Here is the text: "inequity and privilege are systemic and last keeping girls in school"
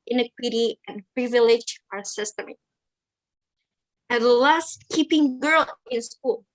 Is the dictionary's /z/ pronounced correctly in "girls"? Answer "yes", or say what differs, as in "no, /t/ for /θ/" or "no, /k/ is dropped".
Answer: no, /z/ is dropped